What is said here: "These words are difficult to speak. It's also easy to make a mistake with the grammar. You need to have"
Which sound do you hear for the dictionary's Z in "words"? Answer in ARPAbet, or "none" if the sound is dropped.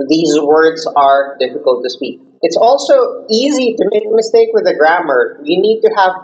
Z